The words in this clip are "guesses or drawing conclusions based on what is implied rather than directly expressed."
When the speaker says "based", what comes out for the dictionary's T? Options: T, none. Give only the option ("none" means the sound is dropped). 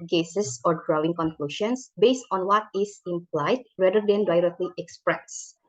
T